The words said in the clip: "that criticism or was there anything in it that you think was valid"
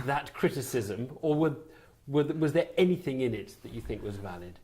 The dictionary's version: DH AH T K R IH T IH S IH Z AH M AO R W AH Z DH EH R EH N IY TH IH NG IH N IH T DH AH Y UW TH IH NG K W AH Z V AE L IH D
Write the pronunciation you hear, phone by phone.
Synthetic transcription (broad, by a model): DH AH T K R IH T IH S IH Z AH M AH W W AH Z DH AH R EH N IY TH IH NG IH N IH T DH AH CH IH TH IH NG K W AH Z V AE L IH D